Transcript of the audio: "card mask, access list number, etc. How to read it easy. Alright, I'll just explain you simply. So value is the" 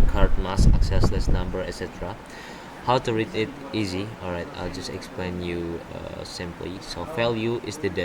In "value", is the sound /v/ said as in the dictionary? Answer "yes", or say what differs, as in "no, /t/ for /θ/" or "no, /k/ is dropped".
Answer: no, /f/ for /v/